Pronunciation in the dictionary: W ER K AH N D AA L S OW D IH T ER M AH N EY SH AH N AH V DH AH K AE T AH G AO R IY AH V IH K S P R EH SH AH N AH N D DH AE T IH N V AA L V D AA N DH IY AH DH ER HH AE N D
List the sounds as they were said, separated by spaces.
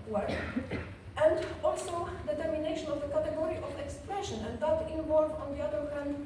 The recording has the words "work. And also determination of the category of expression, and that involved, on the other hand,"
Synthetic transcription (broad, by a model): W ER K AH N D AA L S OW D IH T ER M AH N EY SH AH N AH V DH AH K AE T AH G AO R IY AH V IH K S P R EH SH AH N AH N D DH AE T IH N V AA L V AA N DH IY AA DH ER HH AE N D